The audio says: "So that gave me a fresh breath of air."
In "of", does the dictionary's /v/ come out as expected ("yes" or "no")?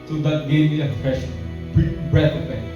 no